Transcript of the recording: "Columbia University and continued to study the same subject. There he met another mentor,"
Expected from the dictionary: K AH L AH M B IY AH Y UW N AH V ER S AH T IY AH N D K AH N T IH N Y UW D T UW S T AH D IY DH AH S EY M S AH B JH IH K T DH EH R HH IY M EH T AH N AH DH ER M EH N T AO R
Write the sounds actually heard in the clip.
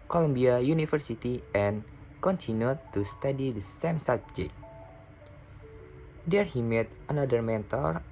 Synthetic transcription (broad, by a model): K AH L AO M B IY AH Y UW N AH F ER S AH T IY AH N K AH N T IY N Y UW T UW S T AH D IY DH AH S EY M S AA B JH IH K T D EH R HH IY M EH T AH N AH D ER M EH N T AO R